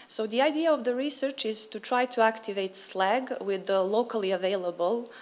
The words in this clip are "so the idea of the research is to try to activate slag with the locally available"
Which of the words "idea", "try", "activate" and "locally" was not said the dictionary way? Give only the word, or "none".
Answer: none